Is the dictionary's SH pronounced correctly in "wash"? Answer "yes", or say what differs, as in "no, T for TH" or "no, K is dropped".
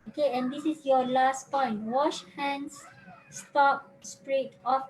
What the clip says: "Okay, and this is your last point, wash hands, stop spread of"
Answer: yes